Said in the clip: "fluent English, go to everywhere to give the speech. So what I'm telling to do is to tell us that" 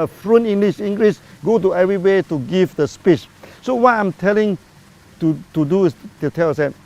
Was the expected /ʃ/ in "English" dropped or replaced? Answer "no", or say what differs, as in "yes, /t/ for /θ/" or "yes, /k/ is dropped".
yes, /s/ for /ʃ/